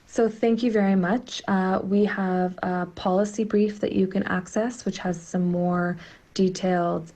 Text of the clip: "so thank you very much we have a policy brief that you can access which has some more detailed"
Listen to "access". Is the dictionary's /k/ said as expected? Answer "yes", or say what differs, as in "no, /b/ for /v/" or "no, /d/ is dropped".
yes